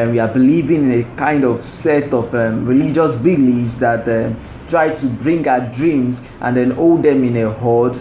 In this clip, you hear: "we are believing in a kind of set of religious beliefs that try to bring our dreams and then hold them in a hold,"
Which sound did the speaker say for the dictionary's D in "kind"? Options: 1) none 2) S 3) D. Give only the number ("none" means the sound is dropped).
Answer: 3